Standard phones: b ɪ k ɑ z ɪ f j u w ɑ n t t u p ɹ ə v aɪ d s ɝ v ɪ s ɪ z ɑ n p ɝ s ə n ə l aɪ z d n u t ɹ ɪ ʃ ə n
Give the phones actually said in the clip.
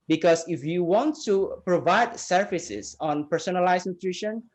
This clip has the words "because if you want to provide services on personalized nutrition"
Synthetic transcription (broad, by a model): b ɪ k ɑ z ɪ f j u w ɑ n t t u p ɹ ə v aɪ d s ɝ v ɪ s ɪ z ɑ n p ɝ s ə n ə l aɪ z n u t ɹ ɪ ʃ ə n